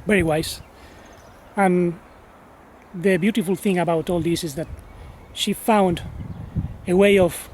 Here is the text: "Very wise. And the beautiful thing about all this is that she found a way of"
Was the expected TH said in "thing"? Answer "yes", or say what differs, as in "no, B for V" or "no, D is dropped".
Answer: yes